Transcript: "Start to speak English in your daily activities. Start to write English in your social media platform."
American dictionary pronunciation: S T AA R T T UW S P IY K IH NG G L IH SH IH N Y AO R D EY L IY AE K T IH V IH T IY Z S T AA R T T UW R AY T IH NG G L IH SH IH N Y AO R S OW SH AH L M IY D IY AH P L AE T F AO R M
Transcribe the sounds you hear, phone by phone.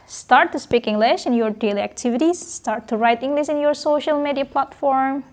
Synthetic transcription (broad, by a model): S T AA R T T UW S P IY K IH NG G L IH SH IH N Y AO R D EY L IY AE K T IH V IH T IY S T AA R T T UW R AY T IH NG G L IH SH IH N Y AO R S OW SH AH L M IY D IY AH P L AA T F AO R M